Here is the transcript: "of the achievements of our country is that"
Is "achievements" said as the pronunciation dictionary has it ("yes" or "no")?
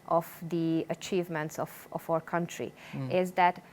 yes